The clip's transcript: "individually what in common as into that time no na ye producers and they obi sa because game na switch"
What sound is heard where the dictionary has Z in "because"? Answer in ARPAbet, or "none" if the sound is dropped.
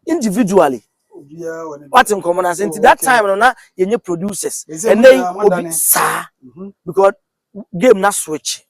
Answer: S